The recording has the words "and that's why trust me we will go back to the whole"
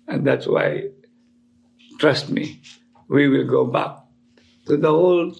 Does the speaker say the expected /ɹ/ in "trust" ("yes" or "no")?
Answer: yes